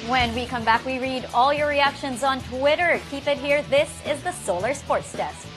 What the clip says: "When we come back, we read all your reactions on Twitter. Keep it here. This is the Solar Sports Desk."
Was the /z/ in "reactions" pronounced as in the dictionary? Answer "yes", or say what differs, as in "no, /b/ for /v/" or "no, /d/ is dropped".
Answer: yes